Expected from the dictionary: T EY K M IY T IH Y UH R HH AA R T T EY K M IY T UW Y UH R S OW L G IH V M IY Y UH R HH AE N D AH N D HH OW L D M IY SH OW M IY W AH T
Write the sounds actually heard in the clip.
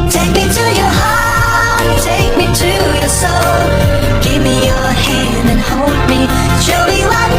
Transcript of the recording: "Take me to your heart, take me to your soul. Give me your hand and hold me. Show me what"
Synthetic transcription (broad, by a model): T EY K M IY T IH Y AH R HH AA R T T EY K M IY T UW Y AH R S OW L G IH V M IY Y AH R HH AE N D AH N HH OW L D M IY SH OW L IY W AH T